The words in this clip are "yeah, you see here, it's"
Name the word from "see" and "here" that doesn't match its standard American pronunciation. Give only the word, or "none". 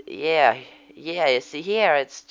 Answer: none